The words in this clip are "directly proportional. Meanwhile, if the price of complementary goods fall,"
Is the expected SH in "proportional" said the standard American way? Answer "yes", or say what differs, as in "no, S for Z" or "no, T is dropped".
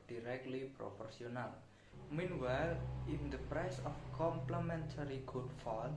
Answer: no, S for SH